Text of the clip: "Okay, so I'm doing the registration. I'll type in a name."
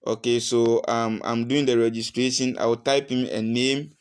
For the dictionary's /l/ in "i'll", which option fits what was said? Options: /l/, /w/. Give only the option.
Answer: /w/